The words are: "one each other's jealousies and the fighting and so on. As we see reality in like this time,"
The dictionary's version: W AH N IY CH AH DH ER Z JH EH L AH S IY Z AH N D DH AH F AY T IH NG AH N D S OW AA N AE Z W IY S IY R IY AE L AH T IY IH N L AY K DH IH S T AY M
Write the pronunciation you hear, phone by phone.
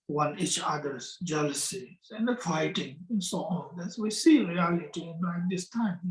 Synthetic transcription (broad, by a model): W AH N IY CH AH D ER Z JH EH L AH S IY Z AH N D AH F AY T IH NG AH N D S OW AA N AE S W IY S IY R IY AE L AH T IY IH N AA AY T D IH S T AY M